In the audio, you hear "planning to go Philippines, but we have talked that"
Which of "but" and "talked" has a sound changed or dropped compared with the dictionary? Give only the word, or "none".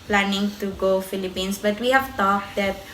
talked